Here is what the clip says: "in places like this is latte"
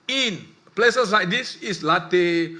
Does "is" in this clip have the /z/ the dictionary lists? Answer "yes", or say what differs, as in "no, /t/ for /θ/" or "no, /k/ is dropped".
no, /s/ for /z/